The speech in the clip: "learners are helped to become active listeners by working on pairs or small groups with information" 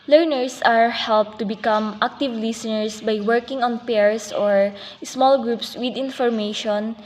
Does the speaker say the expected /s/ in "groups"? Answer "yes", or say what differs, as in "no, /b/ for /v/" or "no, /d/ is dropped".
yes